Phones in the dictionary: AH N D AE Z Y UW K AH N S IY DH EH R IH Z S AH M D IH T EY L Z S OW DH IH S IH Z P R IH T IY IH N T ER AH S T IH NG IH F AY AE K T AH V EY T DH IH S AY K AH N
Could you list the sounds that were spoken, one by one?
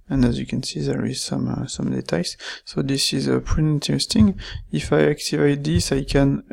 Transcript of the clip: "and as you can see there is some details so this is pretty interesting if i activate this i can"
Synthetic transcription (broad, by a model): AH N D AE Z Y UW K AH N S IY DH EH R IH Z S AH M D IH T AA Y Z S OW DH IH S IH Z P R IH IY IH N T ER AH S T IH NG IH F AY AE K T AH V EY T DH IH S AY K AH N